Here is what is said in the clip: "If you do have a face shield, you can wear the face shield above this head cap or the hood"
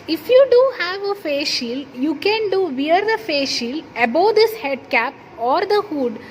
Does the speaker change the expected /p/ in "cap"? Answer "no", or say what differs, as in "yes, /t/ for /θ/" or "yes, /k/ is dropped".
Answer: no